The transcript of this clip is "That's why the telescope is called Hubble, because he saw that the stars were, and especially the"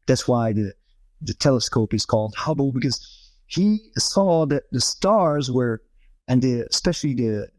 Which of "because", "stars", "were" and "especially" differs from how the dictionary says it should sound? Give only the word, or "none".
none